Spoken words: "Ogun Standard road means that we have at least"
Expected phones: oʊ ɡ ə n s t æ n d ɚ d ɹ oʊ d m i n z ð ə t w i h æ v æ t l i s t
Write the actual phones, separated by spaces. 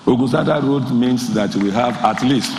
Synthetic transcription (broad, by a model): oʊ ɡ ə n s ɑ d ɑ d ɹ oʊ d m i n s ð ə t w i h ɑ v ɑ t l i s t